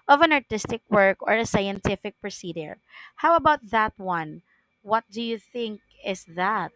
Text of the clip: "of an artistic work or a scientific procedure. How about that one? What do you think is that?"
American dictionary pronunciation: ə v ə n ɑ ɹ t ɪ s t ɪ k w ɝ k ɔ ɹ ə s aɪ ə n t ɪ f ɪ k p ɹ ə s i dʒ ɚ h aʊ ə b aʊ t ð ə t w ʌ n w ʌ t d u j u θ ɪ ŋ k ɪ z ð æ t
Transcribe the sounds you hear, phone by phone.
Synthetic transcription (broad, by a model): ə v ə n ɑ ɹ t ɪ s t ɪ k w ɝ k ɔ ɹ ə s aɪ ə n t ɪ f ɪ k p ɹ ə s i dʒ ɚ h aʊ ə b aʊ t ð ə t w ʌ n w ʌ t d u j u θ ɪ ŋ k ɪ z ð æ t